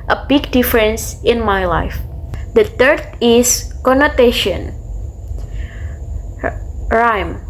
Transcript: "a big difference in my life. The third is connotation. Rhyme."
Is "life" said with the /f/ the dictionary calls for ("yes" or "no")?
yes